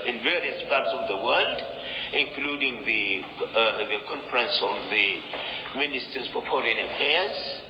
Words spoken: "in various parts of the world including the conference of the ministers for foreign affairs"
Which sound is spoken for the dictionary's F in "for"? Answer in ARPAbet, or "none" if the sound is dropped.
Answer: P